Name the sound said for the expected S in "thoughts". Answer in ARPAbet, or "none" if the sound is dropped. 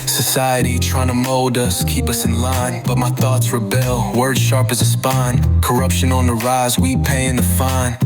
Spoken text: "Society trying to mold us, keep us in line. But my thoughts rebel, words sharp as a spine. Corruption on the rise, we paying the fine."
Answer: S